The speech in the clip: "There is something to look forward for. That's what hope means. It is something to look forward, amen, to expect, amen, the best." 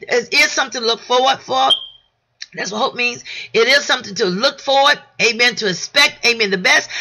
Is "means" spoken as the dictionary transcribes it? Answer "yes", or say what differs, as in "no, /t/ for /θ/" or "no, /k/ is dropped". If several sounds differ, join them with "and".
yes